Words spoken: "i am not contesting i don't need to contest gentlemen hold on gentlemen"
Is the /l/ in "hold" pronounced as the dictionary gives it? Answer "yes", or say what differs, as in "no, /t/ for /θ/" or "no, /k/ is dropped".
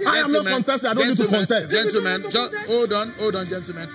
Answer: no, /n/ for /l/